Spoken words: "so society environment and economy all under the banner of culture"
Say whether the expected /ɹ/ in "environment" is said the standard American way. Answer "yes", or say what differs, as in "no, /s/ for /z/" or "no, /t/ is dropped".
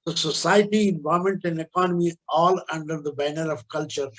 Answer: no, /ɹ/ is dropped